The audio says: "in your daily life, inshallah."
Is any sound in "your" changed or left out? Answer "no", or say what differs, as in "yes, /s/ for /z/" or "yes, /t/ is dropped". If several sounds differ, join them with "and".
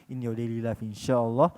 yes, /w/ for /ɹ/